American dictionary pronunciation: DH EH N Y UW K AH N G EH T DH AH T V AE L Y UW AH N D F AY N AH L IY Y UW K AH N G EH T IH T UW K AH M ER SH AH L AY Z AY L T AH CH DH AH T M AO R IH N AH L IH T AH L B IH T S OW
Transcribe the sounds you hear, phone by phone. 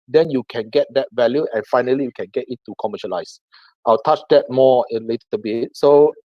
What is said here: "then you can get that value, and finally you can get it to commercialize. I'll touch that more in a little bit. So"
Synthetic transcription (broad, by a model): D EH N Y UW K AH N G EH T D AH T V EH L Y UW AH N F AY N AH L IY Y UW K AH N G EH T IH T UW K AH M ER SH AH L AY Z AY L T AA CH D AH T M AO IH L AH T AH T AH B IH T S OW